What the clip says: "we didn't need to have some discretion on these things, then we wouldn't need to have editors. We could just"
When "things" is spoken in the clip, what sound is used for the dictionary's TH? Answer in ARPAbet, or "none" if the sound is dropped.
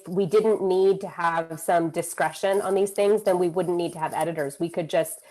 TH